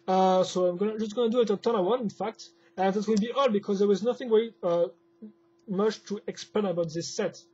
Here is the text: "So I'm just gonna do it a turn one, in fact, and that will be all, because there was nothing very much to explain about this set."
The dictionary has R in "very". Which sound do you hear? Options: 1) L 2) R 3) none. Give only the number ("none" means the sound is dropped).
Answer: 3